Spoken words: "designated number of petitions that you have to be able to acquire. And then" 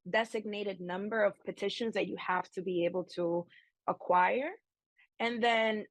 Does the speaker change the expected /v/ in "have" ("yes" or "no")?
yes